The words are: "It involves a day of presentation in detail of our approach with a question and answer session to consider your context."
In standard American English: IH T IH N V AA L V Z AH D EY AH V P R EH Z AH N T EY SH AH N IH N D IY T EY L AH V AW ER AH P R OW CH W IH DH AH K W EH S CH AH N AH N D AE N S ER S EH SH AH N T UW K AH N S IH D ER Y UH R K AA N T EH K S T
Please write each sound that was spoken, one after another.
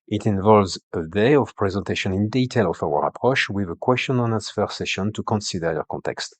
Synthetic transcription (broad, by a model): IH T IH N V AA L V Z AH D EY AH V P R EH Z AH N T EY SH AH N IH N D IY T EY L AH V AW ER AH P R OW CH W IH DH AH K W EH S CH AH N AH N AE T S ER S EH SH AH N T UW K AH N S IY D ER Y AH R K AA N T EH K S T